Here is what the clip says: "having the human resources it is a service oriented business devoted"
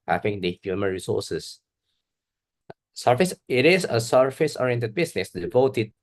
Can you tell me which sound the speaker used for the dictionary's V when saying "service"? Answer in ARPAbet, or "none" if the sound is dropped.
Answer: F